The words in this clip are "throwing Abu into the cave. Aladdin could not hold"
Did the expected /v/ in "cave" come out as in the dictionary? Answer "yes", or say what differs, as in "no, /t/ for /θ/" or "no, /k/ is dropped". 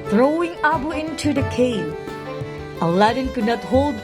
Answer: no, /v/ is dropped